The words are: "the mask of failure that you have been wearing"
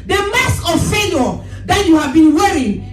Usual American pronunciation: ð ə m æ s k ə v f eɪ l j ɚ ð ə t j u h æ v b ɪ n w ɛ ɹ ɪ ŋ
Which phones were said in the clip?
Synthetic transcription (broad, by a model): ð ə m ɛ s ə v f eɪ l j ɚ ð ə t j u h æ v b ɪ n w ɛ ɹ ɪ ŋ